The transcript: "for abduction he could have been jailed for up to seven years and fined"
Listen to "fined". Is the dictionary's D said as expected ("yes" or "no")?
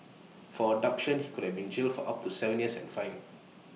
no